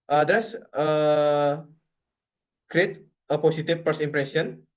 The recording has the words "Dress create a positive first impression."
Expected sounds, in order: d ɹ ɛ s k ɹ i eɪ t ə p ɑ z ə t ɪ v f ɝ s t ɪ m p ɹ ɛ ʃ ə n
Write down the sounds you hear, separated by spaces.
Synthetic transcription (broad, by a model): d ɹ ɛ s k ɹ i eɪ t ə p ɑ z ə t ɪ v p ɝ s ɪ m p ɹ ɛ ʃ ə n